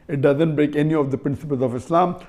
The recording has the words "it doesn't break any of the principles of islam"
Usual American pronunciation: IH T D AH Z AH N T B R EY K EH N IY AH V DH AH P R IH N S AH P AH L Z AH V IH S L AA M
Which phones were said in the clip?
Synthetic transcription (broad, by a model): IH T D AH Z AH N T B R EY K EH N IY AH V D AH P R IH N S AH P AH L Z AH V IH S L AA M